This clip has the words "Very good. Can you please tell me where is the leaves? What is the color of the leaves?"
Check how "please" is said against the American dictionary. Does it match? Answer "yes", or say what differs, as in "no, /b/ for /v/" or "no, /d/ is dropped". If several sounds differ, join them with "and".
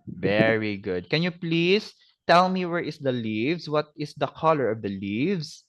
no, /s/ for /z/